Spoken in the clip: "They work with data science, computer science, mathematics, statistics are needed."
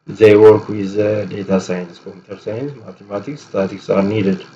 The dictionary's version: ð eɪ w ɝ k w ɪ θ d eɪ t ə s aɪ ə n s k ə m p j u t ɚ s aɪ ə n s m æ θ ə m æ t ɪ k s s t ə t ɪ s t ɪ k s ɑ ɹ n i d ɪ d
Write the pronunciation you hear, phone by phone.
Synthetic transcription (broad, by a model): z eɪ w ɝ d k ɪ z d eɪ t ə s aɪ ə n s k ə m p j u t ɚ s aɪ ə n s m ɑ t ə m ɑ t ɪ k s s t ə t t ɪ k s ɑ ɹ n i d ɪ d